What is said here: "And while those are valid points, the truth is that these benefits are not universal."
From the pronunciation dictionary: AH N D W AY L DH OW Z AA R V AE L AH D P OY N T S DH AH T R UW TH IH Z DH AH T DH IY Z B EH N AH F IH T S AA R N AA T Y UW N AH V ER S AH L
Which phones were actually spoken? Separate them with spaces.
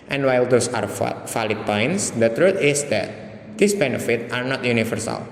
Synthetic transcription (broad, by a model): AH N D W AY L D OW S AA R F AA L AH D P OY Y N S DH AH T R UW T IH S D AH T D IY S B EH N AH F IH T AA R N AA T Y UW N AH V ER S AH L